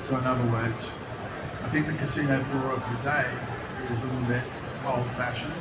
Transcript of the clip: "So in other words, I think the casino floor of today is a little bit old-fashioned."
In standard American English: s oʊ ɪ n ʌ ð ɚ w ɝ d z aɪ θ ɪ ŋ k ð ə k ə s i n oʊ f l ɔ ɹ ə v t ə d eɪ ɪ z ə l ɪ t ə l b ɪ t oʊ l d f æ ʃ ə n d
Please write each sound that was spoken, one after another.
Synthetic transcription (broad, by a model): s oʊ ɪ n ʌ ð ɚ w ɝ d z aɪ θ ɪ ŋ k ð ə k ə s i n oʊ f ɔ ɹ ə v t ə d eɪ ɪ z ə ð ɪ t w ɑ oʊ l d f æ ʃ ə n